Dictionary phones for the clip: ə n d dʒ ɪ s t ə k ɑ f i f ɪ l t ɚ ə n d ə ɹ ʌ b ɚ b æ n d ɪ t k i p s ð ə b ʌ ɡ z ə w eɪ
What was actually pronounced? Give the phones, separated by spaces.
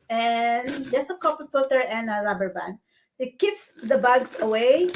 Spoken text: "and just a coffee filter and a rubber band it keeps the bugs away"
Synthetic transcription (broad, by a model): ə n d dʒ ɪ s ə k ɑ p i p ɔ t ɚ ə n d ə ɹ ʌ b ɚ b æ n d ɪ t k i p s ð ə b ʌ ɡ s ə w eɪ